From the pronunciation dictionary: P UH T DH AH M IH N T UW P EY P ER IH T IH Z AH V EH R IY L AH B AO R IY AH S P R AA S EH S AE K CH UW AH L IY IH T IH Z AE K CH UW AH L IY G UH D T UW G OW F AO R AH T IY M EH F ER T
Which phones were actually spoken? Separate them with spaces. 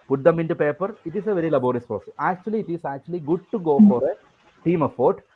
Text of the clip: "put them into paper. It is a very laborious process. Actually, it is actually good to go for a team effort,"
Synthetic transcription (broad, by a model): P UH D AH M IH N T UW P EY P ER IH T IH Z AH V EH R IY L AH B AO R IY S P AA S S AE K CH UW AH L IY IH T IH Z AE K CH UW AH L IY G UH D T UW G OW F AO R AH T IY M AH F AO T